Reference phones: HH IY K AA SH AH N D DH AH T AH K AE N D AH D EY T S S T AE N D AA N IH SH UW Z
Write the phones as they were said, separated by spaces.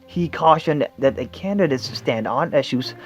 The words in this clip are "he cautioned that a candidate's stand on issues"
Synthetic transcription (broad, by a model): HH IY K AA SH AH N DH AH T AH K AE N D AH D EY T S S T AE N D AA N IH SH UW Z